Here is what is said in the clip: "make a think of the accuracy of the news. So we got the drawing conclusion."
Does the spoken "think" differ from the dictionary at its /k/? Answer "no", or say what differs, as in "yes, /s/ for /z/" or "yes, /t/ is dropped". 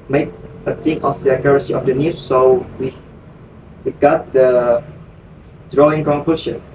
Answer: yes, /k/ is dropped